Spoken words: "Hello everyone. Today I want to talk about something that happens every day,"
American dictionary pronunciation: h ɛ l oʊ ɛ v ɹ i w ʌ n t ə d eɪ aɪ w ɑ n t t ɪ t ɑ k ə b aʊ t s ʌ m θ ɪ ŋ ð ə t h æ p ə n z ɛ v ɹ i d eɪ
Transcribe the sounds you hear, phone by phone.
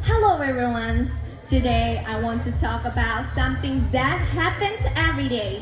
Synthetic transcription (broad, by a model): h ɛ l oʊ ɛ ɹ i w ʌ n t ə d eɪ aɪ w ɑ n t t ɪ t ɑ k ə b aʊ t s ʌ m θ ɪ ŋ ð ə t h æ p ə n z ɛ v ɹ i d eɪ